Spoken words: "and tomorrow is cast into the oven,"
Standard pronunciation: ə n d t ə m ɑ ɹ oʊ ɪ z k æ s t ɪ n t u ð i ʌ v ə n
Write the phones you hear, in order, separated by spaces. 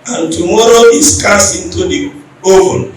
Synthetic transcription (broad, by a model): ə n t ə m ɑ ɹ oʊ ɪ s k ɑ s ɪ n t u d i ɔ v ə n